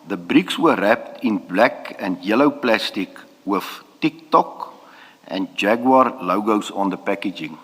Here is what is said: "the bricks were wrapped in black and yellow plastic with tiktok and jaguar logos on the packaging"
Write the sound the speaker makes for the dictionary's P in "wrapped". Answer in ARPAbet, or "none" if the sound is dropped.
P